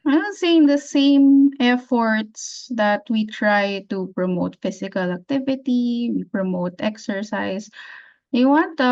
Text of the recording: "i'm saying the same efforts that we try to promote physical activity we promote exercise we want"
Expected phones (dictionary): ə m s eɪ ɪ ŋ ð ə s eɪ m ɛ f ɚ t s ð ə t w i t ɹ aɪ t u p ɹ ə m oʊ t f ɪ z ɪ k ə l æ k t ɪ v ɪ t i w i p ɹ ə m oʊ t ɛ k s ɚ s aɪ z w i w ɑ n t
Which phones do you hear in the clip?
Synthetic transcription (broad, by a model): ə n s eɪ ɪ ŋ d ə s eɪ m ɛ f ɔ t s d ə t w i t ɹ aɪ t u p ɹ ə m oʊ t f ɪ s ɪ k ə l æ k t ɪ v ɪ t i w i p ɹ ə m oʊ t ɛ k s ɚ s aɪ s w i w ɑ n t